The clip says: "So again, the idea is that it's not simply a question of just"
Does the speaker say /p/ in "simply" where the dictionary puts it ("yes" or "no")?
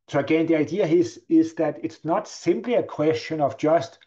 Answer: yes